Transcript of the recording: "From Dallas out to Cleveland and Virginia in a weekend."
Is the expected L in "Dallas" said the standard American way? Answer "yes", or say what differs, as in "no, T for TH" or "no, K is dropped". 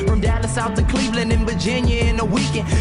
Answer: no, N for L